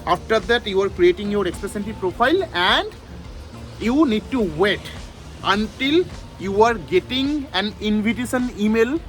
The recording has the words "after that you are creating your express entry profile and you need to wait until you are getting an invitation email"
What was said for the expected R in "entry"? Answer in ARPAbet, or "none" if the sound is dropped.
none